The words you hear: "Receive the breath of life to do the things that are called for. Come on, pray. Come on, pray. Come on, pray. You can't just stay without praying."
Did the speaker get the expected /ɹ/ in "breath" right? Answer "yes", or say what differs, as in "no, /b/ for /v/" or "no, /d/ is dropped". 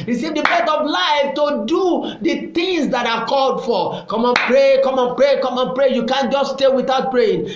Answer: no, /ɹ/ is dropped